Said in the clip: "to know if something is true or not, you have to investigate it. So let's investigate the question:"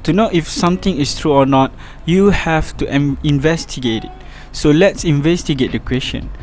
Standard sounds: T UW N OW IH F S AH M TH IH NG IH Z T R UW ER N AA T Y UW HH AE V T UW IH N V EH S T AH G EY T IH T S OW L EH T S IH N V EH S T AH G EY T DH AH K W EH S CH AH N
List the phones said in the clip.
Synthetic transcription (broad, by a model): T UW N OW IH F S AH M T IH NG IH S T R UW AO N AA T Y UW HH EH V T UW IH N V EH S T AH G EY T IH T S OW L EH T S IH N V EH S T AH G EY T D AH K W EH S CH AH N